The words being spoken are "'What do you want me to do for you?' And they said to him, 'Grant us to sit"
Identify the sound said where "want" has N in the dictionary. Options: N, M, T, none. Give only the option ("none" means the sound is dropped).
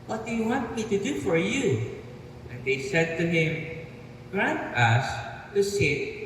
none